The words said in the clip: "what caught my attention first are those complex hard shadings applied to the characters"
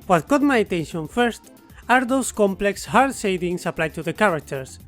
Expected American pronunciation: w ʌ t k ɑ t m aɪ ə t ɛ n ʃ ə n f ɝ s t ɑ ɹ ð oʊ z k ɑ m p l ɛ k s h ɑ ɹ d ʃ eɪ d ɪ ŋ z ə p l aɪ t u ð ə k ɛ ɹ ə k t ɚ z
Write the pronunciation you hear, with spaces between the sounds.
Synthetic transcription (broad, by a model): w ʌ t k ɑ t m aɪ ə t ɛ n ʃ ə n f ɝ s t ɑ ɹ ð oʊ s k ɑ m p l ɛ k s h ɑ ɹ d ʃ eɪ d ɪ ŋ s ə p l aɪ t u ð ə k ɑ ɹ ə k t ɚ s